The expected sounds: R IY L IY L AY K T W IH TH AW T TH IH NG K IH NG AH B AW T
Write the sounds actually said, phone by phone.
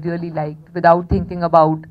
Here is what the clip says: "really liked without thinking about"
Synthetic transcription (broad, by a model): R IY L IY L AY K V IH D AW T T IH NG K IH NG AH B AW T